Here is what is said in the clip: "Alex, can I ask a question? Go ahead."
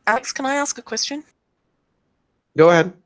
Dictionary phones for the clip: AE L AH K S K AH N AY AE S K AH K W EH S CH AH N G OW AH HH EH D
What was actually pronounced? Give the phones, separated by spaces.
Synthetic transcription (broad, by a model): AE L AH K S K AH N AY AE S K AH K W EH S CH AH N G OW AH HH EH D